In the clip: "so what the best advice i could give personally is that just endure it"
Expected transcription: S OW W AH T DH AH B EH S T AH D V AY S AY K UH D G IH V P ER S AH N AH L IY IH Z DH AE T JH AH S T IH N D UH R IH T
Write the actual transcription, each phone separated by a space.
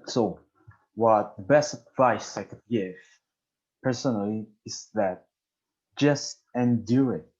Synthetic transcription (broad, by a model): S OW W AH T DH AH B EH S T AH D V AY S AY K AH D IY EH F P ER S AH N AH L IY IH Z DH AE T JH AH S T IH N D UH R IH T